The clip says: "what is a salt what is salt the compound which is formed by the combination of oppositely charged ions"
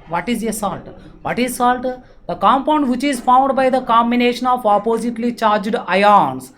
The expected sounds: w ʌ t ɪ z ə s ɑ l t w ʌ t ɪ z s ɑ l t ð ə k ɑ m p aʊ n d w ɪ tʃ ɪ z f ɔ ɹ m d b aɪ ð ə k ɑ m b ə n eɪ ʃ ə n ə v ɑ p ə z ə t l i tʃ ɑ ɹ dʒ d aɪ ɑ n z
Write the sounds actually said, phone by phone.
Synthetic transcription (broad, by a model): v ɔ t ɪ z ə s ɑ l t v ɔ t ɪ z s ɑ l t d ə k ɑ m p aʊ n d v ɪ tʃ ɪ z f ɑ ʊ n d b aɪ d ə k ɑ m b ə n eɪ ʃ ə n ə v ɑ p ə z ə t l i tʃ ɑ ɹ dʒ d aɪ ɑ n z